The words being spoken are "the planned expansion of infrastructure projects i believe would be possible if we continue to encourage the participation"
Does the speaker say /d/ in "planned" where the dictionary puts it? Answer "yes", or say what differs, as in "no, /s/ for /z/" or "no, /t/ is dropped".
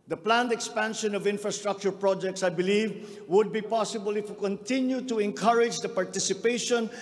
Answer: yes